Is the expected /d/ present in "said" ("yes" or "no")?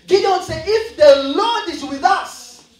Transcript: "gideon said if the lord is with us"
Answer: no